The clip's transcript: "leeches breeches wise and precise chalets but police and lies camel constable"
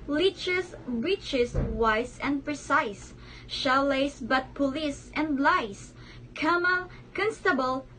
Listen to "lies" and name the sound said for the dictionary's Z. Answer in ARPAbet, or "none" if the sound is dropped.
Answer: S